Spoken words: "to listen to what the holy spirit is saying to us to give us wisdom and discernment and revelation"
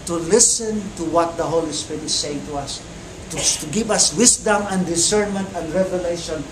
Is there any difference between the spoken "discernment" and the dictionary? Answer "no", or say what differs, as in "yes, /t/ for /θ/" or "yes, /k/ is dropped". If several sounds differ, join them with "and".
no